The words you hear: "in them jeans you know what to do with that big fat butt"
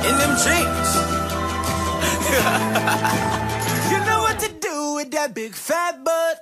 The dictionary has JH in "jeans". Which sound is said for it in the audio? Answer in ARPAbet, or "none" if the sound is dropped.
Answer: CH